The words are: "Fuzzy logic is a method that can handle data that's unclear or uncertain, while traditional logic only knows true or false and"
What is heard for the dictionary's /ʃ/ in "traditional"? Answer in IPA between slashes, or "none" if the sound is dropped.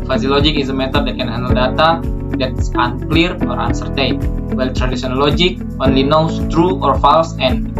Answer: /s/